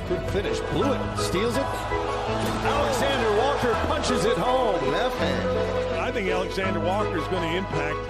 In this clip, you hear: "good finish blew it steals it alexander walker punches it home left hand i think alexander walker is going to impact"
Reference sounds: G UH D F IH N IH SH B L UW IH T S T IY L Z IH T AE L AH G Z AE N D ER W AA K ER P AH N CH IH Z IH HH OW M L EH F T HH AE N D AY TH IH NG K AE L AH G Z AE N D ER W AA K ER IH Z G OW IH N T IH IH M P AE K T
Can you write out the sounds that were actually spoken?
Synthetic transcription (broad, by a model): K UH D F IH N IH SH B L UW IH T S T IY L Z IH T AE L AH G Z AE N D ER W AA K ER P AH N CH IH Z IH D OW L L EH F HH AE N AY TH IH NG K AE L AH G Z AE N D ER W AA K ER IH Z G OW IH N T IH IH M P AE K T